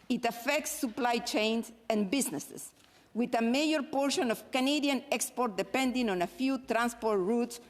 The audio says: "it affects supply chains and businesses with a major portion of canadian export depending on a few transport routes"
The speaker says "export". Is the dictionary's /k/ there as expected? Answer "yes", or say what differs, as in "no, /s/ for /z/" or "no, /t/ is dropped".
yes